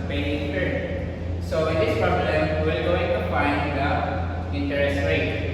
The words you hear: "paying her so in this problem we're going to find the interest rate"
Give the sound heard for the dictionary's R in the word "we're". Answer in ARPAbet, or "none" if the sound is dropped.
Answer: L